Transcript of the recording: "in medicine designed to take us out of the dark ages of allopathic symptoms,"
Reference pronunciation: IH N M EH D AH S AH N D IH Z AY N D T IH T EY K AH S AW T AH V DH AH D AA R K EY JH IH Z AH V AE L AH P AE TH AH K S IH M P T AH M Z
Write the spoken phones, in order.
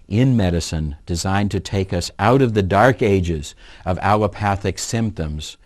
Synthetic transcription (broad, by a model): IH N M EH D AH S AH N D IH Z AY N T IH T EY K AH S AW T AH V DH AH D AA R K EY JH IH Z AH V AE L AH P AE TH AH K S IH M P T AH M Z